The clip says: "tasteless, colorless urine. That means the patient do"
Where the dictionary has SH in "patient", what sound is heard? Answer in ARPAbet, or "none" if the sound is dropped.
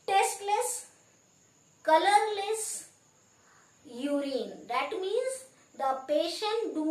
SH